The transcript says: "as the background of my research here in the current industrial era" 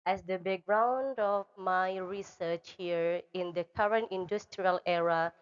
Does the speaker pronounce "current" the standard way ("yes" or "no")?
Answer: yes